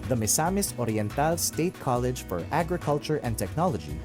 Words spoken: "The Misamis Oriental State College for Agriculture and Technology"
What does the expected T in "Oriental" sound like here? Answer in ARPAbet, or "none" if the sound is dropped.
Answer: T